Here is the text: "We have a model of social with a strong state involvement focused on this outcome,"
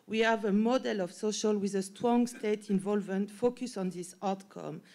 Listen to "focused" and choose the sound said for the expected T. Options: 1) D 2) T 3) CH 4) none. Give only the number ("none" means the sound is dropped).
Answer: 4